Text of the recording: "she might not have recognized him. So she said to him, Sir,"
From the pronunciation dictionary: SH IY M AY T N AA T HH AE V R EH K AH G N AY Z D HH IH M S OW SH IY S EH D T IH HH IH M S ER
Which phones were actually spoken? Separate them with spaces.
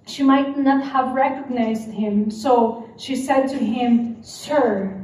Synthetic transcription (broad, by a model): SH IY M AY T N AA T HH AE V R EH K AH G N AY Z D HH IH M S OW SH IY S EH D T IH HH IH M S ER